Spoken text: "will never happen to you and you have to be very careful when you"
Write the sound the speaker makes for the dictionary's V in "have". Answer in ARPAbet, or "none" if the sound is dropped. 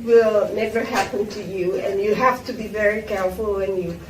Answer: F